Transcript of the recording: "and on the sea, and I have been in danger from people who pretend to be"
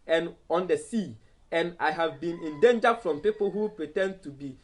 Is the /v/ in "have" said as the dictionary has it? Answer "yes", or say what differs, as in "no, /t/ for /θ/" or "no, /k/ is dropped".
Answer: yes